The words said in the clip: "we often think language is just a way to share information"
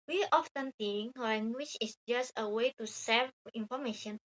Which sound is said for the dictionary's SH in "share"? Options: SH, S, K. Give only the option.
S